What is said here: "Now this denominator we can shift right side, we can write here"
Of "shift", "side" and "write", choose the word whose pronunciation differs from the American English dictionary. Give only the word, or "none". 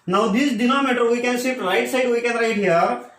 shift